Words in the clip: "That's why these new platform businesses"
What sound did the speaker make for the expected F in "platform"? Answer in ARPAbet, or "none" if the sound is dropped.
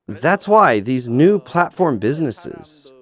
F